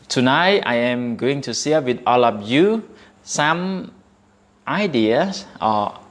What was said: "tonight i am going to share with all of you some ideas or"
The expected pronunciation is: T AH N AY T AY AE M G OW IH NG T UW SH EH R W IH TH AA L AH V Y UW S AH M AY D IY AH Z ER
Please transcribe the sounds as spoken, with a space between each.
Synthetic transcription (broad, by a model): T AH N AY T AY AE M G OW IH NG T UW S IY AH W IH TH AA L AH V Y UW S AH M AY D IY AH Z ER